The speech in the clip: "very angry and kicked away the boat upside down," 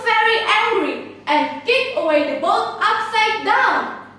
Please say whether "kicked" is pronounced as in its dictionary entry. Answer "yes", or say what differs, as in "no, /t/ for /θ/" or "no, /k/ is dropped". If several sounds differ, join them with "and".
no, /t/ is dropped